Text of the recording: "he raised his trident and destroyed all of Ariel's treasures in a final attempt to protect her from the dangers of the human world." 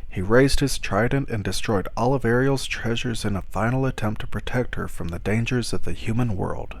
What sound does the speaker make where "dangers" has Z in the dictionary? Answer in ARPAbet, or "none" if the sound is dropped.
Z